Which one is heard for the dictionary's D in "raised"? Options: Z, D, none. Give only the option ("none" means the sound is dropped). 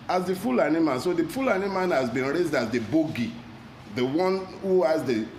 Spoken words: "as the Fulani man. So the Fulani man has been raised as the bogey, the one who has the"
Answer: D